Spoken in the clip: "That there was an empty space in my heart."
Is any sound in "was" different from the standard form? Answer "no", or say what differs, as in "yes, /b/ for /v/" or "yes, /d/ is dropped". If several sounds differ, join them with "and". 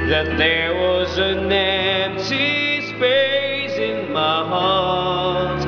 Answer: no